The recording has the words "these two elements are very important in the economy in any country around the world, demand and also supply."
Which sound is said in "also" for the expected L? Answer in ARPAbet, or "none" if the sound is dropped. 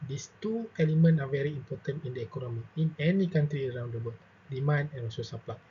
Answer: none